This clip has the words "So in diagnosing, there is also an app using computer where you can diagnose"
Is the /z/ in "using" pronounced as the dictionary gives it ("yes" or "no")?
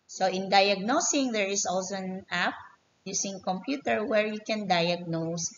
no